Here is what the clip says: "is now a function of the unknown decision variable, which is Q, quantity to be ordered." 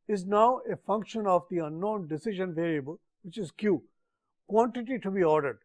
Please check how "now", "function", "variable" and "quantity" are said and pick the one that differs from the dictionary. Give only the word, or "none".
variable